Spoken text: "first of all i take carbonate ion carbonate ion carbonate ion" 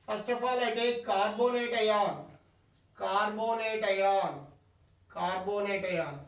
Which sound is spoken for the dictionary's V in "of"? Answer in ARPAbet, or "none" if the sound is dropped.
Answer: P